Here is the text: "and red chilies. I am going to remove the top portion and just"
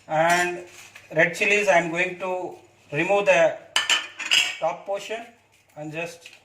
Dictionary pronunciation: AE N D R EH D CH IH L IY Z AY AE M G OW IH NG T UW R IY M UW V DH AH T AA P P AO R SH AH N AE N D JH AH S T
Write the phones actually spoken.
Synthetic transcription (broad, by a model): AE N D R EH D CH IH L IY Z AY M G OW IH NG T UW R IY M UW V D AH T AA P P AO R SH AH N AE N D JH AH S T